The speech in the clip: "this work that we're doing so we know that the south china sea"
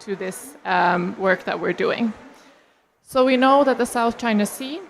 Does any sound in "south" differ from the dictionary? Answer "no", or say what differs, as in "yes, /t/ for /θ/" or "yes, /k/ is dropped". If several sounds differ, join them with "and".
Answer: no